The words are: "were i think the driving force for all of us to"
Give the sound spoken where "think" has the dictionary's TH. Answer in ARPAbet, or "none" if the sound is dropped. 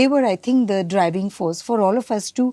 T